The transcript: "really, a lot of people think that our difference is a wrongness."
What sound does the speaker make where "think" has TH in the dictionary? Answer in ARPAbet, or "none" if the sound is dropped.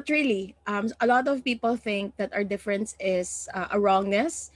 TH